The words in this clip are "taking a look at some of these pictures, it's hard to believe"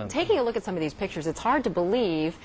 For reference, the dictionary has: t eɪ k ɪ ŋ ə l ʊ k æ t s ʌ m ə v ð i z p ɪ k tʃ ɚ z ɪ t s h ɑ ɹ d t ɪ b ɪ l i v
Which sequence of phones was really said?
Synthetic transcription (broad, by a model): t eɪ k ɪ ŋ ə l ʊ k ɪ t s ʌ m ə v ð i z p ɪ k tʃ ɚ z ɪ t s h ɑ ɹ d t ɪ b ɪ l i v